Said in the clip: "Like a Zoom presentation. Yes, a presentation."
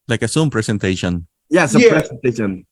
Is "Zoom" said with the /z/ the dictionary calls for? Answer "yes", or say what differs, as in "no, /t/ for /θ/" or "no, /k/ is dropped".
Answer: no, /s/ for /z/